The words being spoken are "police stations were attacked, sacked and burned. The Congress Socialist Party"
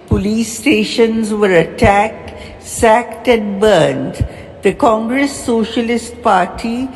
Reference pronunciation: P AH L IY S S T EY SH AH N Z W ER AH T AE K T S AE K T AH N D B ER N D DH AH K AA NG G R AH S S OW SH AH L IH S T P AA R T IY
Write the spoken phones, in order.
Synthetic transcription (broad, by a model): P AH L IY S S T EY SH AH N Z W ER AH T AE K T S AE K T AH N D B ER N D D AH K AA NG G R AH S S OW SH AH L IH S T P AA R T IY